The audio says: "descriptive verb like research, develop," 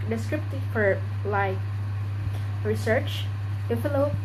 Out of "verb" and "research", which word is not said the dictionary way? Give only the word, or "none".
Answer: verb